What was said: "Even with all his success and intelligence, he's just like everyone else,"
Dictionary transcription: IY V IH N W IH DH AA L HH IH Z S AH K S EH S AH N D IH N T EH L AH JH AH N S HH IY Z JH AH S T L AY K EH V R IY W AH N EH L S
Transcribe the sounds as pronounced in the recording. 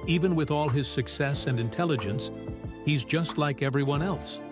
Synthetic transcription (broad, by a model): IY V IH N W IH DH AA L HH IH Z S AH K S EH S AH N D IH N T EH L AH JH AH N S HH IY Z JH AH S T L AY K EH V R IY W AH N EH L S